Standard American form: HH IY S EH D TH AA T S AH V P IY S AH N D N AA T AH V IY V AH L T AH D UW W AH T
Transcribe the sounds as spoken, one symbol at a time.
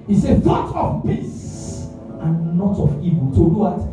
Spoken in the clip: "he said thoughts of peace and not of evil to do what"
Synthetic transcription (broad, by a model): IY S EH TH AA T AH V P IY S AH N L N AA T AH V IY V AH L T AH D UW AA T